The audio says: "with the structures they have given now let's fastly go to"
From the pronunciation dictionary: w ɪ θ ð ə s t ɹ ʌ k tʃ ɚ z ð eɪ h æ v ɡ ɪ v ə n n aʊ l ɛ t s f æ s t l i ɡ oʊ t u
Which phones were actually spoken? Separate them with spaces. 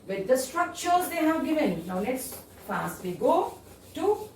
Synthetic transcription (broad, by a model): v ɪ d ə s t ɹ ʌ k tʃ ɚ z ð eɪ h æ v ɡ ɪ v ə n n aʊ n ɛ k s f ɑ s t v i ɡ oʊ t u